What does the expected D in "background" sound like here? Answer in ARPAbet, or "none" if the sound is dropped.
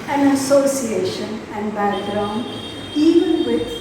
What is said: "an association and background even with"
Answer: none